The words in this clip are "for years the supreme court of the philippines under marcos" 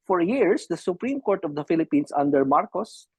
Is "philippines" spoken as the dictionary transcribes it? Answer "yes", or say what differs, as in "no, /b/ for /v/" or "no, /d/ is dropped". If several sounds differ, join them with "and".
no, /s/ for /z/